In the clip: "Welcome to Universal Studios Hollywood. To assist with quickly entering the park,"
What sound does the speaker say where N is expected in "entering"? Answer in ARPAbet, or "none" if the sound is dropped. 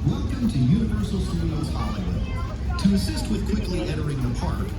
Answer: none